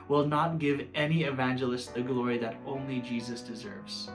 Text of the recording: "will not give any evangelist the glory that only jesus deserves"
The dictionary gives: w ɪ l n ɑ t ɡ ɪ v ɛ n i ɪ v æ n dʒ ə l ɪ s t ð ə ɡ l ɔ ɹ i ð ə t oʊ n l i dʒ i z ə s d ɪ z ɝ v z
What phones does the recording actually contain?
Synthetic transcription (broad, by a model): w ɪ l n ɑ t ɡ ɪ v ɛ n i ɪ v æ n dʒ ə l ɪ s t ð ə ɡ l ɔ ɹ i ð ə t oʊ n l i dʒ i z ə s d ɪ z ɝ v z